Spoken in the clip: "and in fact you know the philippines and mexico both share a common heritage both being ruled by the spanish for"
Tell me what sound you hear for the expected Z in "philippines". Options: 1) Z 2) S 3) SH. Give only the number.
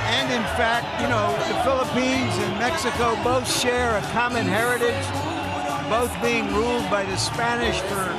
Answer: 1